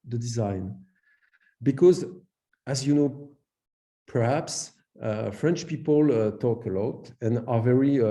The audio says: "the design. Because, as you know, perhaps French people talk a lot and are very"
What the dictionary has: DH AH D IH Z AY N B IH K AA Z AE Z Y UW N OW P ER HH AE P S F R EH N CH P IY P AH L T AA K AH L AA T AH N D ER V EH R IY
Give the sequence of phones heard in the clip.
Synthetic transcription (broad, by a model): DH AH D IH Z AY N B IH K AA Z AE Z Y UW N OW P ER HH AE P S F R EH N CH P IY P AH L T AA K AH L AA T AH N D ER V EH R IY